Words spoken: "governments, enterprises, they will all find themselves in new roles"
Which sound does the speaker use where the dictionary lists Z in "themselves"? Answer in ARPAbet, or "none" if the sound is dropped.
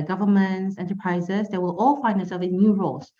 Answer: none